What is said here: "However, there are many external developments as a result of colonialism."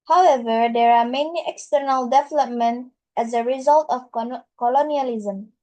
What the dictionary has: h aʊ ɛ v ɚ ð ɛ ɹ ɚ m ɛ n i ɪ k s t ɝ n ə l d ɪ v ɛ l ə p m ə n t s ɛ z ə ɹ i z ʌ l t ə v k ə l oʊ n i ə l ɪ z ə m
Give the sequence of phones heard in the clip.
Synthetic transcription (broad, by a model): h aʊ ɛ v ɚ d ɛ ɹ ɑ m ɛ n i ɪ k s t ɝ n ə l d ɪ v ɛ l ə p m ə n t ɛ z ə ɹ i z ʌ l t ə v k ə l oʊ n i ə l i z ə m